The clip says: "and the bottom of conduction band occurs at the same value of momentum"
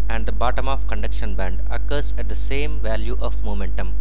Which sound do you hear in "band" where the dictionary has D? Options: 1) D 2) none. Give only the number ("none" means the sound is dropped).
1